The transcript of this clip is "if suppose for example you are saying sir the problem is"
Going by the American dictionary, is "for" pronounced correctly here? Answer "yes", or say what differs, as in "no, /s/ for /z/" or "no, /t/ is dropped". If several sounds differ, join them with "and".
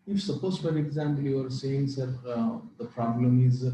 no, /l/ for /ɹ/